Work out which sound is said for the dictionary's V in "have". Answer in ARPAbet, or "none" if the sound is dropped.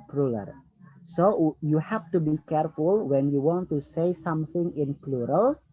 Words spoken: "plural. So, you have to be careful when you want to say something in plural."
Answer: F